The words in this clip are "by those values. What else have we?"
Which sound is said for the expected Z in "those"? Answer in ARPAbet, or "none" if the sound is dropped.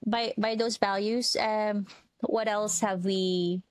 Z